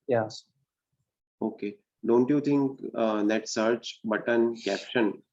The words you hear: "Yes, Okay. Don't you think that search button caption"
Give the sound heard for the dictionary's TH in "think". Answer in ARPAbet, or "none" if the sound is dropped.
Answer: T